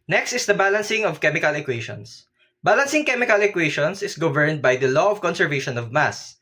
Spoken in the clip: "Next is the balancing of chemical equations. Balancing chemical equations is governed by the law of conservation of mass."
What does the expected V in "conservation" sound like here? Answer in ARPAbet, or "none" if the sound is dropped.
V